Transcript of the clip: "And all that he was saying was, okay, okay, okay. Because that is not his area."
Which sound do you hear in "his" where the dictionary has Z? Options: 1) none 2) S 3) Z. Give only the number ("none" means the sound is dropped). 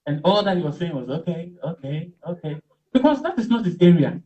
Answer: 2